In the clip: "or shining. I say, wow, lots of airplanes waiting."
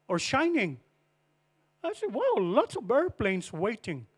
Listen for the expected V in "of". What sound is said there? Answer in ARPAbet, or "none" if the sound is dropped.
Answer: B